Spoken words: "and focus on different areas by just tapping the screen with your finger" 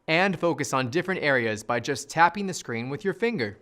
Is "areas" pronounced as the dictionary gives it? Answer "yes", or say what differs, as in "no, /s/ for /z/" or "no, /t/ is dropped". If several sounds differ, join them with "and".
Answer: yes